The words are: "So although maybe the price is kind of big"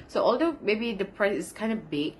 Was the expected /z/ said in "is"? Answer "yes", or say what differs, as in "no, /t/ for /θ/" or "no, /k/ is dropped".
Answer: no, /s/ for /z/